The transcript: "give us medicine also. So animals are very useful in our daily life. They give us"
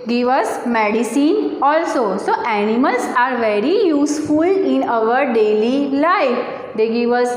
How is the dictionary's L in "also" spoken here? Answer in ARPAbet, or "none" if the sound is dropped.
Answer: L